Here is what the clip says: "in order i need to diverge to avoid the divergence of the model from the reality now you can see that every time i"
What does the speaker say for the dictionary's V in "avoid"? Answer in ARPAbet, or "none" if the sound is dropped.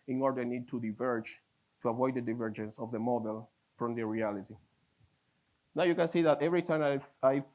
V